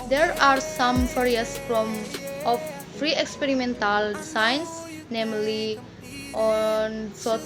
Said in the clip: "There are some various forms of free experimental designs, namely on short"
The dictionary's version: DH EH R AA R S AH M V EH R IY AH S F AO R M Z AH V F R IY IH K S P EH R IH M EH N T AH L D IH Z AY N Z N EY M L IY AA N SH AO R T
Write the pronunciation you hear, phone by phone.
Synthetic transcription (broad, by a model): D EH R AA R S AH M P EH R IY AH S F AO M AH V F R IY IH K S P EH R IH M EH N T AH L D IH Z AY N S N EY M L IY AA N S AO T